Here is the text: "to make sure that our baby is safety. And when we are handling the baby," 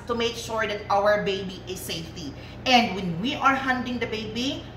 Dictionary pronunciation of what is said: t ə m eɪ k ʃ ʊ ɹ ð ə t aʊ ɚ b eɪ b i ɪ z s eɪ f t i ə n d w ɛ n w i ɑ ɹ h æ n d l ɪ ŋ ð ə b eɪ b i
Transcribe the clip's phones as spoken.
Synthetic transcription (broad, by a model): t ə m eɪ k ʃ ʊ ɹ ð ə t aʊ ɚ b eɪ b i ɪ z s eɪ f t i ə n d w ɛ n w i ɑ ɹ h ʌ n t ɪ ŋ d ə b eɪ b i